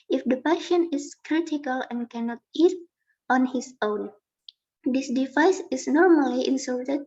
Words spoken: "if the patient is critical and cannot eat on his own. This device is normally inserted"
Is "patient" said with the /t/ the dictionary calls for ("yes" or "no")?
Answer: no